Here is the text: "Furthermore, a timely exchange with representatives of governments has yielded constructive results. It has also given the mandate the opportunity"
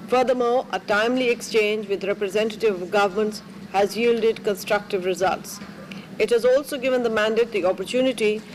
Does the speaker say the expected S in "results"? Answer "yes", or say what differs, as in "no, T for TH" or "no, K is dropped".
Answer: yes